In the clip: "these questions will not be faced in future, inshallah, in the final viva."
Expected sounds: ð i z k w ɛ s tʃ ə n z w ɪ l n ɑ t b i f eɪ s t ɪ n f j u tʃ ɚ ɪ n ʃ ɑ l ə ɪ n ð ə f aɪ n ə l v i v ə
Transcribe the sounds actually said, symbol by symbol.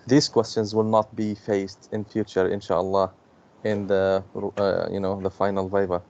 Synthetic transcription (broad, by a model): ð i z k w ɛ s tʃ ə n z w ɪ l n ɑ t b i f eɪ s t ɪ n f j u tʃ ɚ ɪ n ʃ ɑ l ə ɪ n ð ə f aɪ n ə l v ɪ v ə